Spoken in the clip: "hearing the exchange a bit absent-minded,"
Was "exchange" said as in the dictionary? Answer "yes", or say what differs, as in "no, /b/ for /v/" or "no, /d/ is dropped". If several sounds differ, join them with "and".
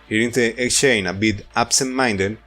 no, /dʒ/ is dropped